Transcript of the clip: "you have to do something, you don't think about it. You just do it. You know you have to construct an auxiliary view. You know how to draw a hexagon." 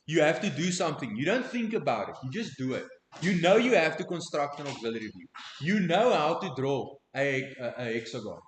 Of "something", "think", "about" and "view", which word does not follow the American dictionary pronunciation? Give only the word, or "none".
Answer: none